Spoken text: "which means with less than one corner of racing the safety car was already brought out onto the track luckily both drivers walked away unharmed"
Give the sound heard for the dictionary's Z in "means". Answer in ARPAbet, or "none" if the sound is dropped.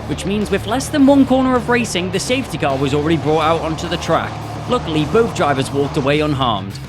Z